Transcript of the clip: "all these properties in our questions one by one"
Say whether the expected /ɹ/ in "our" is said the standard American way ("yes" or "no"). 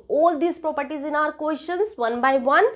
yes